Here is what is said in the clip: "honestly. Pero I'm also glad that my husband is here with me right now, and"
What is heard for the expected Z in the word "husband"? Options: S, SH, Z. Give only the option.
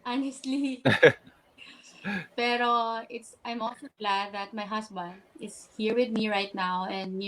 S